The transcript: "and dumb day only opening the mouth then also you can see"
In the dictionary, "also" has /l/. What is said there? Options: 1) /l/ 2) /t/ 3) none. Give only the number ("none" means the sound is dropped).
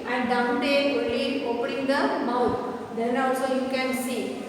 3